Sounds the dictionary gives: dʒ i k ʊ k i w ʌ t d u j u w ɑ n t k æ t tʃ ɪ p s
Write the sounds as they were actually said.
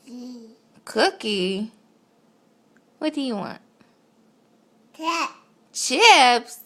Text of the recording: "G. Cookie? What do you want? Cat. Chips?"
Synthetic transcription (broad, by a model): k ʊ k i w ʌ t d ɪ j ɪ w ɑ n t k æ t tʃ ɪ p s